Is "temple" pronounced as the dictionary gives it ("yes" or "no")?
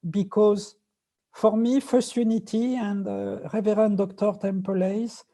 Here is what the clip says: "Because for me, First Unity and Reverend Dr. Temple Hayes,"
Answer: yes